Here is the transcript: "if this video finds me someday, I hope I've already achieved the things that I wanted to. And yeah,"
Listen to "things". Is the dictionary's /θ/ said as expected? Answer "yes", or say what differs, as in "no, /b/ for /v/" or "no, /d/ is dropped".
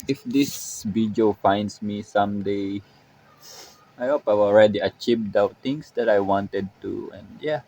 no, /t/ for /θ/